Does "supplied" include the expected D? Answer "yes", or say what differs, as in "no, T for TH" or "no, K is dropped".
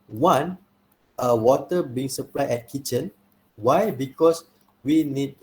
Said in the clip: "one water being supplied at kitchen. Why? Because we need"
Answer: no, D is dropped